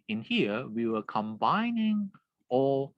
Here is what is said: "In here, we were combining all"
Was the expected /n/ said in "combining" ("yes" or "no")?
yes